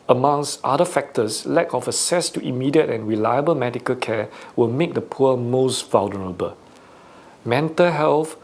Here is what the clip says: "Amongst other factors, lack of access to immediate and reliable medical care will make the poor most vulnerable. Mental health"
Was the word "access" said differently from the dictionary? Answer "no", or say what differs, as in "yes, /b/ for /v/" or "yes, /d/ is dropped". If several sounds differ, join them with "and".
yes, /k/ is dropped